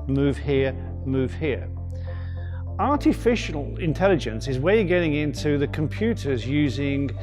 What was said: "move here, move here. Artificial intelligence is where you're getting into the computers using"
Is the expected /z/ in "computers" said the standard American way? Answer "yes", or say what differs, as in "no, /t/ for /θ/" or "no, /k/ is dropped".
yes